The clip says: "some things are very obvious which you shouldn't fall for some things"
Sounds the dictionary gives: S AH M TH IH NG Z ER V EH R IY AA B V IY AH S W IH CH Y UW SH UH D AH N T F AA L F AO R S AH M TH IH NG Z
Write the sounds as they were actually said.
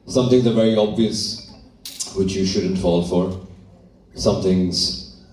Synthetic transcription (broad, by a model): S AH M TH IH NG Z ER V EH R IY AA B V IY AH S W IH CH Y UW SH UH D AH N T F AA L F AO R S AH M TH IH NG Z